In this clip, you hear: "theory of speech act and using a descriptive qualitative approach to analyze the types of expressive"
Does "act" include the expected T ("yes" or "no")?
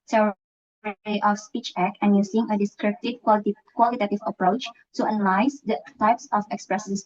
no